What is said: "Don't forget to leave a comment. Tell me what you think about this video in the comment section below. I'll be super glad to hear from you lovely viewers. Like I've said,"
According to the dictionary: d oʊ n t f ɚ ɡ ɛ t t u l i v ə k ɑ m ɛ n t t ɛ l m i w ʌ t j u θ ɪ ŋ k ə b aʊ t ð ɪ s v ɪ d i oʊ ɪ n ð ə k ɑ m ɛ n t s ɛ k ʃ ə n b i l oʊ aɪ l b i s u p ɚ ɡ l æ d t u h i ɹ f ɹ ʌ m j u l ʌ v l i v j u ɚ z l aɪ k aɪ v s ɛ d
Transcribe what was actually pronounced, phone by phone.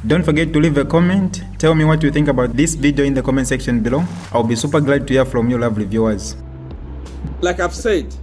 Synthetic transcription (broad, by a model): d oʊ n t f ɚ ɡ ɛ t t u l i v ə k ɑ m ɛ n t t ɛ l m i w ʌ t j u θ ɪ ŋ k ə b aʊ t ð ɪ s v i d i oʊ ɪ n ð ə k ɑ m ɛ n t s ɛ k ʃ ə n b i l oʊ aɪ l b i s u p ɚ ɡ l æ d t u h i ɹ f ɹ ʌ m j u l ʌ v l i v j u ɚ z l aɪ k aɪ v s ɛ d